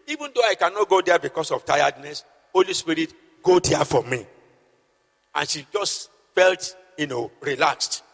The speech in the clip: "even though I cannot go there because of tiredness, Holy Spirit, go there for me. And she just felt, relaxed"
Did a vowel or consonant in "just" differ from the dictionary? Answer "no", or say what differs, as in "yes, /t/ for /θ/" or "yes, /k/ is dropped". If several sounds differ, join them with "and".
no